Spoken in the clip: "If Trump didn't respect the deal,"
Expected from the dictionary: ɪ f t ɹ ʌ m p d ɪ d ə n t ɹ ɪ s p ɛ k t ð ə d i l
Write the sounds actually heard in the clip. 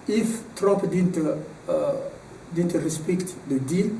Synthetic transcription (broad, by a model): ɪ f t ɹ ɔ p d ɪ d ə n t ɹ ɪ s p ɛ k t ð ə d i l